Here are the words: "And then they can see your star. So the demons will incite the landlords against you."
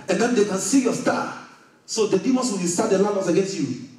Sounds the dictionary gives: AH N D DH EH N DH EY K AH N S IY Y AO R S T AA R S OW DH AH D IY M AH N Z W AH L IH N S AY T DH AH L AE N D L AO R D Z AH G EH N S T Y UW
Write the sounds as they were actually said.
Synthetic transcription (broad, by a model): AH N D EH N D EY K AH N S IY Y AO S T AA S OW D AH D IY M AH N S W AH W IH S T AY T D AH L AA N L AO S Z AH G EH N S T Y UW